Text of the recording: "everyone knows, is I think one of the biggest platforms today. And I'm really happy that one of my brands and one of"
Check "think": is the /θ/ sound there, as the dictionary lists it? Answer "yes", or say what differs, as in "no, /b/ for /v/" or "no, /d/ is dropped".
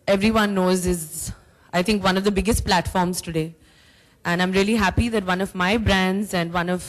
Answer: no, /t/ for /θ/